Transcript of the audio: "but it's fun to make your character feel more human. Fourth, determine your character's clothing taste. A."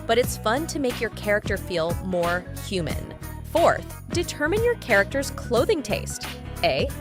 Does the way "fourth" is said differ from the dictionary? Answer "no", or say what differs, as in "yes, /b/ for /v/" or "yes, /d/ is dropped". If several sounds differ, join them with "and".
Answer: no